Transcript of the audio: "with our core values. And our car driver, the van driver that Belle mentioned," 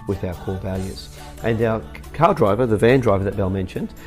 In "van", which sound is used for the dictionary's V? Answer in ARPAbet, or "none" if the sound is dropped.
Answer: V